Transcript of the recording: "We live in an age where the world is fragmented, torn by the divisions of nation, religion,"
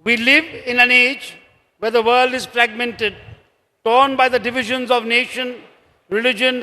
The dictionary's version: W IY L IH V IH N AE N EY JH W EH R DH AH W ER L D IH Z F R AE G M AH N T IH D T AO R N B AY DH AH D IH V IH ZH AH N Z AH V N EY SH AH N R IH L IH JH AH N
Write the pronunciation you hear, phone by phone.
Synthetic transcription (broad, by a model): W IY L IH V IH N AE N EY JH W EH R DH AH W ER L D IH Z F R AE G M AH N T IH D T AO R N B AY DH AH D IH V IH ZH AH N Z AH V N EY SH AH N R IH L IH JH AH N